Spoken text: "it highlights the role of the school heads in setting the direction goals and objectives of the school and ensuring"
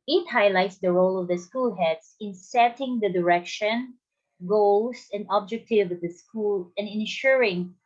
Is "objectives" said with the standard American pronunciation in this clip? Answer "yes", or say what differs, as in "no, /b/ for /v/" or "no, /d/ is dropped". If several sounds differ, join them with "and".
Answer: no, /z/ is dropped